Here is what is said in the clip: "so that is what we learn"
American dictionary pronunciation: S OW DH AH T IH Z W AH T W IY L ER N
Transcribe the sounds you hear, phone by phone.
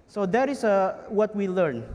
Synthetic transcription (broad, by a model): S OW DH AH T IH S W AH T W IY L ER N